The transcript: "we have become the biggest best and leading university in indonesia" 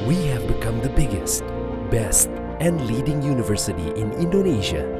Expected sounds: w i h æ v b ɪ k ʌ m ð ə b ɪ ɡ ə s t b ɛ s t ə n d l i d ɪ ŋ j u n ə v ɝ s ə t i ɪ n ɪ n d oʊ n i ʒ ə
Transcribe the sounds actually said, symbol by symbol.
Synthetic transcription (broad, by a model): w i h æ v b ɪ k ʌ m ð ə b ɪ ɡ ə s t b ɛ s t ə n d l i d ɪ ŋ j u n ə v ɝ s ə t i ɪ n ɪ n d oʊ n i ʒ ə